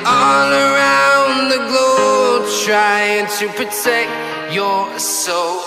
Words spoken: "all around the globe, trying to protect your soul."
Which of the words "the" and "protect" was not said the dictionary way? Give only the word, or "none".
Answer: none